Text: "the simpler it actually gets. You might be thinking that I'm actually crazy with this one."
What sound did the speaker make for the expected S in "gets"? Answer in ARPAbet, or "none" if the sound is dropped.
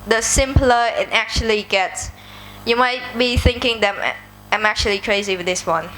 S